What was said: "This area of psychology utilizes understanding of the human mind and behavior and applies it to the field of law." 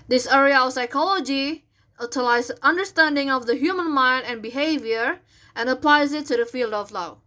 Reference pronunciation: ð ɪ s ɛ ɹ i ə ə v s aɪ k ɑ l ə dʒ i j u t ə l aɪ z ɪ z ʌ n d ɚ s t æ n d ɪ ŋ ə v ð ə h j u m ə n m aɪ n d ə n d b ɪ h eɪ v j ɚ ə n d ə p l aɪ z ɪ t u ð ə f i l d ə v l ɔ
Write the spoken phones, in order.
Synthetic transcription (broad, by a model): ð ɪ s ɛ ɹ i ə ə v s aɪ k ɑ l ə dʒ i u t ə l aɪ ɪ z ʌ n d ɚ s t æ n d ɪ ŋ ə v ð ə h j u m ə n m aɪ n d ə n b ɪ h eɪ v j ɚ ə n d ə p l aɪ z ɪ t u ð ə f i l d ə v l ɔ